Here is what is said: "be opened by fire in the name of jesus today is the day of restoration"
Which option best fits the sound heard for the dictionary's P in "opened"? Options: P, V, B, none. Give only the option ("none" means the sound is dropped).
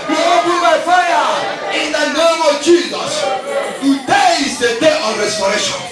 B